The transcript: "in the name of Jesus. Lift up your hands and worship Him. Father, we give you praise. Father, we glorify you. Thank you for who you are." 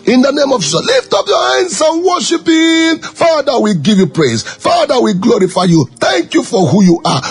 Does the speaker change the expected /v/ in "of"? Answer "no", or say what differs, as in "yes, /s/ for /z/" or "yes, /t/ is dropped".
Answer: no